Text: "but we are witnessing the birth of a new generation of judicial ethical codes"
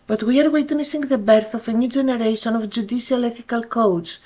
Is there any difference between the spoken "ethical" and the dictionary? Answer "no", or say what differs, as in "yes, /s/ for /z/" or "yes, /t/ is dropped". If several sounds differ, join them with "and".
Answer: no